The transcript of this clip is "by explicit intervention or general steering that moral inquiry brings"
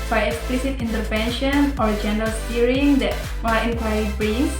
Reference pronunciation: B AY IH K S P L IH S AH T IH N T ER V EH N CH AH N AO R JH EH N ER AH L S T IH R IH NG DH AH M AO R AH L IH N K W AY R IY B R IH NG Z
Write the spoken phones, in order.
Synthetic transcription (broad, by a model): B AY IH K S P L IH S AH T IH N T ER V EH N SH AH N AO R JH EH N ER AH L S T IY R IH NG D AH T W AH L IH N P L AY IY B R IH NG